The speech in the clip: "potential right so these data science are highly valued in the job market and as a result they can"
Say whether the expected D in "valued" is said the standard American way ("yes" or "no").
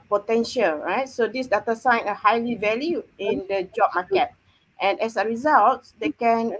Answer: no